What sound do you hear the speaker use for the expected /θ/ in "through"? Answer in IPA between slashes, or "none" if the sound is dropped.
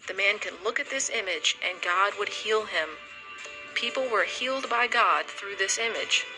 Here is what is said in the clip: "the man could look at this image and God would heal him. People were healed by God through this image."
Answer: /θ/